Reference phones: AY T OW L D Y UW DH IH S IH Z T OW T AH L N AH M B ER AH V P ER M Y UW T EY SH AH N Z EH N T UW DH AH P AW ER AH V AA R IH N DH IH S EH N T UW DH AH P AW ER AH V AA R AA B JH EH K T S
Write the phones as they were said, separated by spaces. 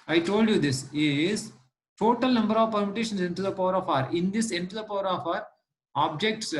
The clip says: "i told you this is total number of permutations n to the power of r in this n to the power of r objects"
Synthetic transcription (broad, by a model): AY T OW L D Y UW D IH S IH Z T OW T AH L N AH M B ER AH V P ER M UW T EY SH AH N S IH N T UW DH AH P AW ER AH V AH R IH N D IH S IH N T UW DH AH P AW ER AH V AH R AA B JH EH K T S